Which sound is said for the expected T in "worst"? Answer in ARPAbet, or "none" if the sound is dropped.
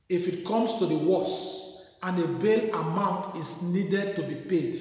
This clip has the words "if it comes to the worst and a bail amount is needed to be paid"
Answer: none